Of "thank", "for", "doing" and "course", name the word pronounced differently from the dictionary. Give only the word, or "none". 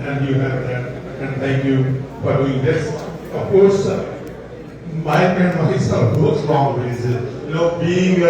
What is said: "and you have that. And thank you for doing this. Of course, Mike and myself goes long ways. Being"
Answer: thank